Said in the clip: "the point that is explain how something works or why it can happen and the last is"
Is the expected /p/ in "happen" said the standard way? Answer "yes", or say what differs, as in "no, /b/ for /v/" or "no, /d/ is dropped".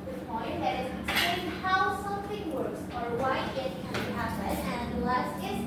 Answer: no, /p/ is dropped